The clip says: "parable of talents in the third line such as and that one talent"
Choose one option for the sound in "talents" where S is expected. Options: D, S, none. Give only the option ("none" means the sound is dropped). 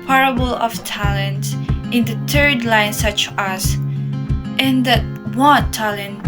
none